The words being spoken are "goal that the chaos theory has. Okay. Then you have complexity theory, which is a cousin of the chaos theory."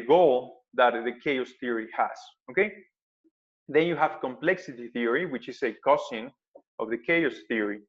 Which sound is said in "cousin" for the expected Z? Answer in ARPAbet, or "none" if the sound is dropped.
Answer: S